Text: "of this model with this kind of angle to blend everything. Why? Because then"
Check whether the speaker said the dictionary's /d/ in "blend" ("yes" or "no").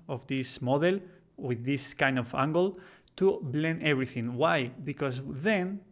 no